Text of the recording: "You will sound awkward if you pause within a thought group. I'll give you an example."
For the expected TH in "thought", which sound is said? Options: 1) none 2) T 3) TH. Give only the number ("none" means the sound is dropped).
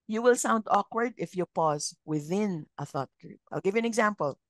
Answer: 3